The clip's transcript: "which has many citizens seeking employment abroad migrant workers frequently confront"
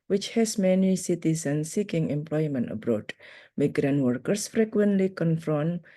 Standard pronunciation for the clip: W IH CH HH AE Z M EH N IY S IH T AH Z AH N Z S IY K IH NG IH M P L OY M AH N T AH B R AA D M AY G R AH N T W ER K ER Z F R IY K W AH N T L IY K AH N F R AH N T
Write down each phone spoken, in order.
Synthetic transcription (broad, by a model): W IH CH HH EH S M EH N IY S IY T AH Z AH N S IY K IH NG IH M P L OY M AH N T AH B R AA D M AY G R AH N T W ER K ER S F R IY K W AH N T L IY K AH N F R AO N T